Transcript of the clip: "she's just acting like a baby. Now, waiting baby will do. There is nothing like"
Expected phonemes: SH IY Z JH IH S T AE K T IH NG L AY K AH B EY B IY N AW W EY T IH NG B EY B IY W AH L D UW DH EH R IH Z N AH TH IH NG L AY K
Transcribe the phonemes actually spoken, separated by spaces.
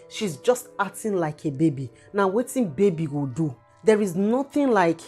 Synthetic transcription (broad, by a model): SH IY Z JH IH S T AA T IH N L AY K AH B EY B IY N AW W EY T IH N B EY B IY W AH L D UW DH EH R IH Z N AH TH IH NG L AY K